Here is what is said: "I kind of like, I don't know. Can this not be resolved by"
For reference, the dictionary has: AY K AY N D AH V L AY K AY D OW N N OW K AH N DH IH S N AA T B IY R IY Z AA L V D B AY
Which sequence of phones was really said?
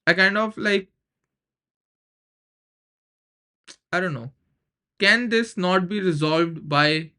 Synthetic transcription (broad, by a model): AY K AY N D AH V L AY K AY D OW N N OW K AH N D IH S N AA T B IY R IY Z AA L V D B AY